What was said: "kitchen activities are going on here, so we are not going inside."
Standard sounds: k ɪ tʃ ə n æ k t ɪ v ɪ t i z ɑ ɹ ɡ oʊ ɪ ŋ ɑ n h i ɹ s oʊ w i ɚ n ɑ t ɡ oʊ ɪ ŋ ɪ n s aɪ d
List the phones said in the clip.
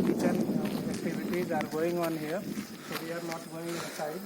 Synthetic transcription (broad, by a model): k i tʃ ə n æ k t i b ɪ t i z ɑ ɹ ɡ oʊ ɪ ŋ ɑ n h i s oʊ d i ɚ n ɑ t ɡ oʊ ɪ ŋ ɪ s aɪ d